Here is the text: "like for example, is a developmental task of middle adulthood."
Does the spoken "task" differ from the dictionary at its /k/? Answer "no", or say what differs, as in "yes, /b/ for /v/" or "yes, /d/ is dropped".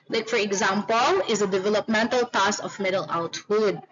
yes, /k/ is dropped